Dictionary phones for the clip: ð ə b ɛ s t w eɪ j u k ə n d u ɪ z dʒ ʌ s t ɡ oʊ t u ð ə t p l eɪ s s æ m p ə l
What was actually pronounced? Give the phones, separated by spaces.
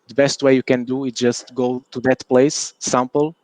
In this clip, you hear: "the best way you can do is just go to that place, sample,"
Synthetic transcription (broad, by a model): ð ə b ɛ s t w eɪ j u k ə n d u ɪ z dʒ ʌ s t ɡ oʊ t u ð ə t p l eɪ s s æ m p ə l